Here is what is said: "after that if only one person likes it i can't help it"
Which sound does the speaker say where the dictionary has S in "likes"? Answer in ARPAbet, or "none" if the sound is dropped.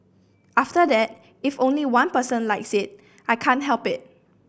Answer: S